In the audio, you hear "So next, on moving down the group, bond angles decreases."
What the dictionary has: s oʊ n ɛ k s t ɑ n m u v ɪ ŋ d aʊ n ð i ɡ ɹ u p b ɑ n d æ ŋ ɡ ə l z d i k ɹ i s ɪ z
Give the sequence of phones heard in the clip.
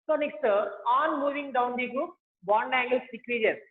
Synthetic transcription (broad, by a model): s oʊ n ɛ k s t ɑ n m u v ɪ ŋ d aʊ n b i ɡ u b ɑ n d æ ŋ ɡ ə l s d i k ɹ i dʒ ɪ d